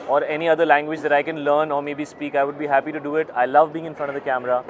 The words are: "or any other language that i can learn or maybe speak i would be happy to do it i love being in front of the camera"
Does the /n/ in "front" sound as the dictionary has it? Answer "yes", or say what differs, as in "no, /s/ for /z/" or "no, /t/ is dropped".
no, /n/ is dropped